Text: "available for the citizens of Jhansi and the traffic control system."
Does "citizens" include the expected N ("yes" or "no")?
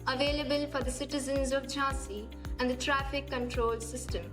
yes